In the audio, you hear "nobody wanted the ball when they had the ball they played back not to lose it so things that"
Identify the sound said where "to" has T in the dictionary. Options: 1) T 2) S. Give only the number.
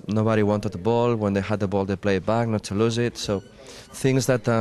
1